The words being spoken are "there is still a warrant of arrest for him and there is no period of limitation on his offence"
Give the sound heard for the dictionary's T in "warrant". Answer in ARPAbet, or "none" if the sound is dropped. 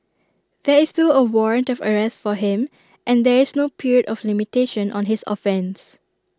T